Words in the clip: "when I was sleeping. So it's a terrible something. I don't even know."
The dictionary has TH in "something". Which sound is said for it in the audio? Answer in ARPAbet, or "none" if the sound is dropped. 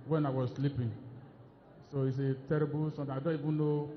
T